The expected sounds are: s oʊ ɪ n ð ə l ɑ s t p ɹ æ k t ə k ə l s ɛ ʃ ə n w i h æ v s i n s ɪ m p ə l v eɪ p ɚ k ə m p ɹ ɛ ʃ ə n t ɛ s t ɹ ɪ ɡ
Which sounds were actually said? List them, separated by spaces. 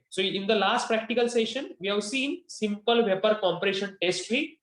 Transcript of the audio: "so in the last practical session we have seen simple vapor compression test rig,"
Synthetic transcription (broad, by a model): s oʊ ɪ n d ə l ɑ s t p ɹ æ k t ə k ə l s ɛ ʃ ə n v i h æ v s i n s ɪ m p ə l v eɪ p ɚ k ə m p ɹ ɛ ʃ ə n t ɛ s t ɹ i